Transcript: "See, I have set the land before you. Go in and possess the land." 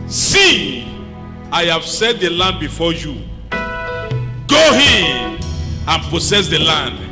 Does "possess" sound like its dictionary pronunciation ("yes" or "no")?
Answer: no